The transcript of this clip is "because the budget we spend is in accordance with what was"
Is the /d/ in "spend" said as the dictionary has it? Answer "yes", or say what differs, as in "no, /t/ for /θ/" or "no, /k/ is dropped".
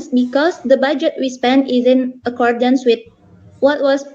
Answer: no, /d/ is dropped